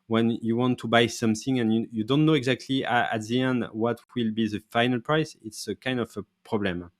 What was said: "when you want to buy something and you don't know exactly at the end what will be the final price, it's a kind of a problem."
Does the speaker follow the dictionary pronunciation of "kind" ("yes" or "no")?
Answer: yes